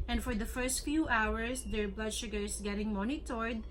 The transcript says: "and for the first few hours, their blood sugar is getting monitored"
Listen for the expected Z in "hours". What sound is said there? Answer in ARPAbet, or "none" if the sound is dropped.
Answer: S